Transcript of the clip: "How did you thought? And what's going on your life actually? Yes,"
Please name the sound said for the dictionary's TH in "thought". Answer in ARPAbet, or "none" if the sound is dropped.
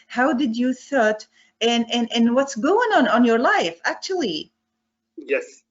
TH